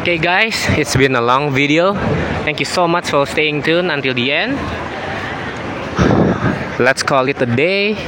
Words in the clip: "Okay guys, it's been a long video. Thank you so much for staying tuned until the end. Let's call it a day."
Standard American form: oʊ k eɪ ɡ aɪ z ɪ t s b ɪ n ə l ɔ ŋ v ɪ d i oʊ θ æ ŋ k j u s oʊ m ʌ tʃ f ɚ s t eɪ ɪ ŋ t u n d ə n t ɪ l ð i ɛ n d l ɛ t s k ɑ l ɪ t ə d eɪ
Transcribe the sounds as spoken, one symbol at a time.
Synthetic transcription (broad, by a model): k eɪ ɡ aɪ s ɪ t s b ɪ n ə l ɔ ŋ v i d i oʊ t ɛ ŋ k j u s oʊ m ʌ tʃ f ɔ s t eɪ ɪ ŋ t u n ə n t ɪ l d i ɛ n d l ɛ t s k ɑ l ɪ t ə d eɪ